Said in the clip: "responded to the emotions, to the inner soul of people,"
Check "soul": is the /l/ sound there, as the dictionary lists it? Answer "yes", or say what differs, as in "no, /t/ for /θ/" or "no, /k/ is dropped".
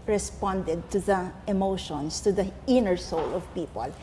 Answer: yes